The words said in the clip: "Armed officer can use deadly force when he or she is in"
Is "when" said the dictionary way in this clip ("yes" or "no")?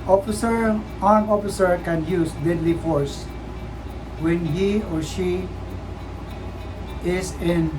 yes